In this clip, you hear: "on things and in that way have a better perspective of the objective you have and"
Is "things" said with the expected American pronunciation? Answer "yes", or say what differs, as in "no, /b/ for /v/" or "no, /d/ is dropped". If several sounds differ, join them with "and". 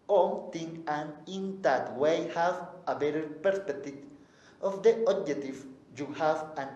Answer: no, /t/ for /θ/ and /z/ is dropped